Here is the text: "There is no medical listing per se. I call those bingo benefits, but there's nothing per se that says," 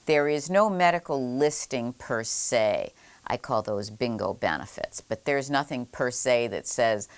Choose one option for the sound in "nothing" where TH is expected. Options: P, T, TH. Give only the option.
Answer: TH